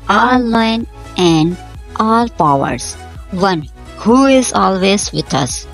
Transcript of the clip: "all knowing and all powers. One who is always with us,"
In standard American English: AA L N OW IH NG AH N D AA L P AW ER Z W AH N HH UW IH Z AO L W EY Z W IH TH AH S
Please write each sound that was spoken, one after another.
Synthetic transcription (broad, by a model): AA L L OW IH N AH N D AA L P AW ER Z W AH N HH UW IH Z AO L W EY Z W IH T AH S